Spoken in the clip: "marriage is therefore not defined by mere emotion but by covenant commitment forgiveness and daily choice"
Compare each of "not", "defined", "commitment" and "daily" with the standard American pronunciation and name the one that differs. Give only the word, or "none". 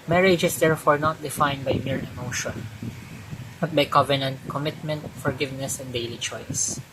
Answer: none